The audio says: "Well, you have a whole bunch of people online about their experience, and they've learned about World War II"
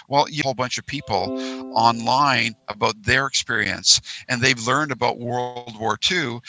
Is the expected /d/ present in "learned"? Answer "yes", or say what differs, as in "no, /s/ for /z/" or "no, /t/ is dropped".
yes